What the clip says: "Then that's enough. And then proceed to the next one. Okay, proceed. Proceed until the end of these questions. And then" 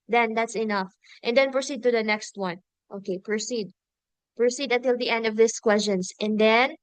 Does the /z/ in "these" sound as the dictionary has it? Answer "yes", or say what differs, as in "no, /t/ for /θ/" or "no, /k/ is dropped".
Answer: no, /s/ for /z/